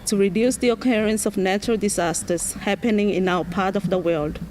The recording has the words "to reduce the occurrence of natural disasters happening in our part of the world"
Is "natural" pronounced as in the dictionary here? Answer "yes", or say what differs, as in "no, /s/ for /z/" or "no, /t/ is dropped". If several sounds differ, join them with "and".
yes